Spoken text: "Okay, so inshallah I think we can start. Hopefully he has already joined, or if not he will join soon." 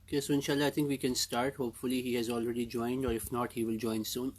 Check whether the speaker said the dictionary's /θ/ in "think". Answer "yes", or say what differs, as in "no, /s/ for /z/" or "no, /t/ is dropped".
no, /t/ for /θ/